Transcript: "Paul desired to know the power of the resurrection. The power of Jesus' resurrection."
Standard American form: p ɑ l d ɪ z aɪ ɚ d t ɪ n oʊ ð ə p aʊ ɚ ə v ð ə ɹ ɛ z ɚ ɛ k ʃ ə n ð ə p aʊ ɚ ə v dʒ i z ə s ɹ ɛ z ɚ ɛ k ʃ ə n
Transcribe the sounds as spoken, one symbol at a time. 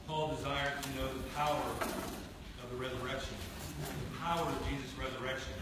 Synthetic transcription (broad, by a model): p ɑ l d ɪ z aɪ ɚ d t ɪ n oʊ ð ə p aʊ ɚ ə v ð ə ɹ ɛ z ɚ ɛ k ʃ ə n ð ə p aʊ ɚ ə v dʒ i z ə s ɹ ɛ z ɚ ɛ k ʃ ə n